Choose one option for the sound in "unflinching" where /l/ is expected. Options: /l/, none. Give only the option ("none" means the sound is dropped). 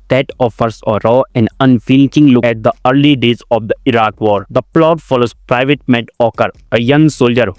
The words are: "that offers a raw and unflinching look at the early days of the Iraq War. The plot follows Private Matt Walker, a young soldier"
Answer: none